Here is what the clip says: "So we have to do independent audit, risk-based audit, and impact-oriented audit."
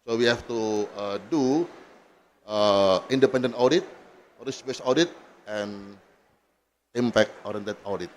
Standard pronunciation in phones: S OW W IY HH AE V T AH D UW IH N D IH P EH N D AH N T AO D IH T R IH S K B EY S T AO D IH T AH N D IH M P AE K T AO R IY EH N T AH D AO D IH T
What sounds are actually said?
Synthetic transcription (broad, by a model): S OW W IY HH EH F T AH D UW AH N D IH P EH N D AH N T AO D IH T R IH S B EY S AO D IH T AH N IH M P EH K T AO R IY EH N T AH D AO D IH T